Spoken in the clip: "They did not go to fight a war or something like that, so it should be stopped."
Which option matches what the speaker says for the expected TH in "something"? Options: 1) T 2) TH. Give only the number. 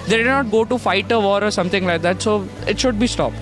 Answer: 1